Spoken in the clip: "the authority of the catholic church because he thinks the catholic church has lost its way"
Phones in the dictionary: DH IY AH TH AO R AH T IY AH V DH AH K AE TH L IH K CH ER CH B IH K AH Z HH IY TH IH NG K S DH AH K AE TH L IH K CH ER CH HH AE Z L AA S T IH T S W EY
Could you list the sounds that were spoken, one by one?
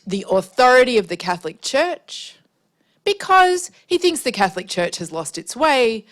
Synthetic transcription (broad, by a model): DH IY AH TH AO R AH T IY AH V DH AH K AE TH L IH K CH ER CH B IH K AH Z HH IY TH IH NG K S DH AH K AE TH L IH K CH ER CH HH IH Z L AA S T IH T S W EY